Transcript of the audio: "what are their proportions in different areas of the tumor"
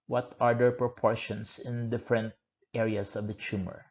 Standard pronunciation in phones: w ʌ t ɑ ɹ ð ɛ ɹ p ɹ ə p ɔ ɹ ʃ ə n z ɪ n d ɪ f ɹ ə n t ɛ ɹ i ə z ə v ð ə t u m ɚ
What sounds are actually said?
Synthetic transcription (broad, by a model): w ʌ t ɑ ɹ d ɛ ɹ p ɹ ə p ɔ ɹ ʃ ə n s ɪ n d ɪ f ɹ ə n t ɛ ɹ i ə s ə v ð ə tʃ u m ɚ